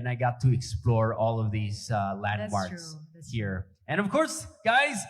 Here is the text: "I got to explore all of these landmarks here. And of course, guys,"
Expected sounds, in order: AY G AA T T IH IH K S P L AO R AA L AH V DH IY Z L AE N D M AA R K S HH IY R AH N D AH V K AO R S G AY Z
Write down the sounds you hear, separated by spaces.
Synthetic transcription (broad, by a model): AY G AA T T IH IH K S P L AO R AA L AH V DH IY Z L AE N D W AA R S HH IY R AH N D AH V K AO R S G AY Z